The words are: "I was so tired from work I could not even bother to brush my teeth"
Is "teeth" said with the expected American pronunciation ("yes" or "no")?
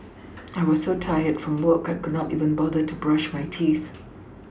yes